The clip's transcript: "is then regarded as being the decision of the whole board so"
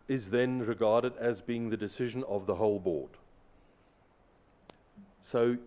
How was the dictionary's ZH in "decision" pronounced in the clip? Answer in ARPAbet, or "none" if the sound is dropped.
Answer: ZH